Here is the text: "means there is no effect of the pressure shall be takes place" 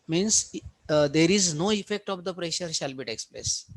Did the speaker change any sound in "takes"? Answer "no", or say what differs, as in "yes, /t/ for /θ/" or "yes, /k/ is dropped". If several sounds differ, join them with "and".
no